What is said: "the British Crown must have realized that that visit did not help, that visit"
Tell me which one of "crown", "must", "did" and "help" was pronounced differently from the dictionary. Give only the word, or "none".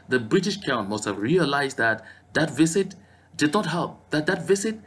crown